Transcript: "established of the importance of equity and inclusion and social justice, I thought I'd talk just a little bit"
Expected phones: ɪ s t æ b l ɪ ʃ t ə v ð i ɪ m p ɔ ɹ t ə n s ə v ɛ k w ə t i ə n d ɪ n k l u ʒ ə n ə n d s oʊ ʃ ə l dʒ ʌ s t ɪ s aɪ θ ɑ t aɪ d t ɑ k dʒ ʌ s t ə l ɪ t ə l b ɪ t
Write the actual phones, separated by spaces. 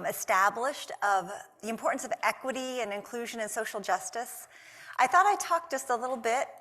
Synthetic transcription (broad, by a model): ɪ s t æ b l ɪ ʃ t ə v ð i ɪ m p ɔ ɹ t n s ə v ɛ k w ə t i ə n ɪ n k l u ʒ ə n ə n s oʊ ʃ l dʒ ʌ s t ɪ s aɪ θ ɑ t aɪ t ɑ k dʒ ʌ s t ə l ɪ t l b ɪ t